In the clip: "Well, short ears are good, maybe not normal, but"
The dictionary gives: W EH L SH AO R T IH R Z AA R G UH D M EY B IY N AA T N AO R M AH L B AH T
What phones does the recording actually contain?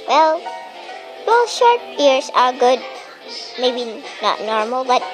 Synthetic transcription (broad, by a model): W EH L SH AO R T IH R S AA R G UH D M EY B IY N AA T N AO R M AH L B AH T